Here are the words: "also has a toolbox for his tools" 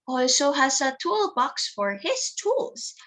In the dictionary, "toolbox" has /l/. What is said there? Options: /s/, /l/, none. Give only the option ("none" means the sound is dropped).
/l/